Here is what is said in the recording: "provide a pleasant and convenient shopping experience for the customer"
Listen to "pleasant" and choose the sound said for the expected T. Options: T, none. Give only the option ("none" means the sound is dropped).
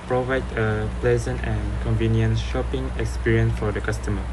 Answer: T